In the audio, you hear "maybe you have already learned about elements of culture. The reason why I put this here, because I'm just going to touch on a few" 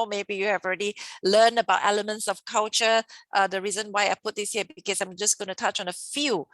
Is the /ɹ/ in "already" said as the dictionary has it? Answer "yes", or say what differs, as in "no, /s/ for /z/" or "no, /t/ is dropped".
yes